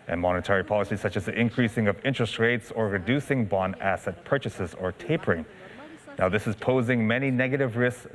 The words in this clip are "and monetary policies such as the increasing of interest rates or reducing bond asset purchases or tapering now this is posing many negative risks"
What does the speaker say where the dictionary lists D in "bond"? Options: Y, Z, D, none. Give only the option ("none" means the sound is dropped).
none